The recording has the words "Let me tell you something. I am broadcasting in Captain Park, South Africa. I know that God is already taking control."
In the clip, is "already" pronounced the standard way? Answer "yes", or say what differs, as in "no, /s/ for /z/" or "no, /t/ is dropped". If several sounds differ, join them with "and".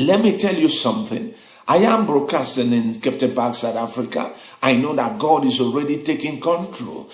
yes